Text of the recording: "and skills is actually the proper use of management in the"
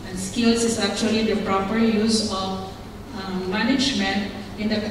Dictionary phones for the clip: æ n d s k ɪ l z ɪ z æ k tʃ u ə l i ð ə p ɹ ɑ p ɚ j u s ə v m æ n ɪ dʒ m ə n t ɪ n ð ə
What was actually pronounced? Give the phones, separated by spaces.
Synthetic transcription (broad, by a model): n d s k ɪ l s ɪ s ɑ k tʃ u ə l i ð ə p ɹ ɑ p ɚ j u s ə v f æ n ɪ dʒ m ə n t ɪ n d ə